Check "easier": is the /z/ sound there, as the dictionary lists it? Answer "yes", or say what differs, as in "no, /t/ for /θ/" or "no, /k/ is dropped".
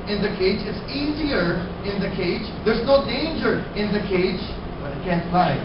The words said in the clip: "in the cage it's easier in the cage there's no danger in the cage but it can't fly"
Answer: yes